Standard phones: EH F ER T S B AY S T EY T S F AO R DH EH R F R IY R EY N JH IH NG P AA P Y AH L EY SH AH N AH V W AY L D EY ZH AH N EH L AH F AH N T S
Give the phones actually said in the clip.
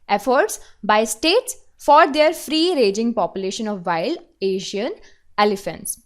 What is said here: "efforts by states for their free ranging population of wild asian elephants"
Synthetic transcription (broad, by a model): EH F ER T S B AY S T EY T S F AO R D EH R F R IY R EY JH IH NG P AA P Y AH L EY SH AH N AH V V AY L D EY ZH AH N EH L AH F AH N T S